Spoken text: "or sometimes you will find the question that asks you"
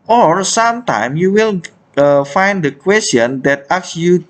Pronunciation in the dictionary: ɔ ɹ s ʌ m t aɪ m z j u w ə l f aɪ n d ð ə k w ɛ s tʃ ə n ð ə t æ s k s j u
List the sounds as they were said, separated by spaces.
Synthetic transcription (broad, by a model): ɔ ɹ s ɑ m t aɪ m j u w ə l f aɪ n d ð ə k w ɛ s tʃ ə n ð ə t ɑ k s j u